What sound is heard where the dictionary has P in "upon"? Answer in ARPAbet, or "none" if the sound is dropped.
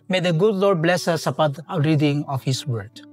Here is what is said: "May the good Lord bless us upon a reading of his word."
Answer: B